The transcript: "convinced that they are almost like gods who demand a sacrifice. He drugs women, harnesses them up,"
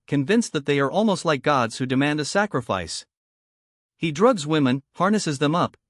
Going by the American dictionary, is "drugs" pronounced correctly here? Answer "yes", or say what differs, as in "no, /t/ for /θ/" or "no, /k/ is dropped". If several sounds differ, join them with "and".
yes